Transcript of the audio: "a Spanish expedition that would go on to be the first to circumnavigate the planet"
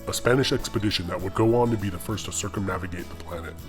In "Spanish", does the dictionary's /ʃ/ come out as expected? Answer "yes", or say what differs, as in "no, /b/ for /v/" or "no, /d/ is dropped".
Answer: yes